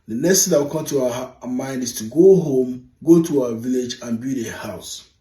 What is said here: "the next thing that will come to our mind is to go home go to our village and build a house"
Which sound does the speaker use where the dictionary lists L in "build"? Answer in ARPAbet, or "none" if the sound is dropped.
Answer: none